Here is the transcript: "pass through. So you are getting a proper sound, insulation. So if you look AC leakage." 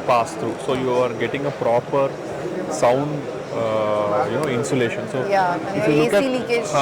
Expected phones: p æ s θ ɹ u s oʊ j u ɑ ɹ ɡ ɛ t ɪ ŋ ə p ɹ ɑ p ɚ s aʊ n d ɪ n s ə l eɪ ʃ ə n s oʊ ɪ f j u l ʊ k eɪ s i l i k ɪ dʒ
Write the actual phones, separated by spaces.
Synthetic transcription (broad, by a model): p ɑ s t ɹ u s oʊ j u ɑ ɹ ɡ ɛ t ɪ ŋ ə p ɹ ɑ p ɚ s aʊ n d ɪ n s ə l eɪ ʃ ə n s oʊ ɪ f j u l ʊ k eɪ i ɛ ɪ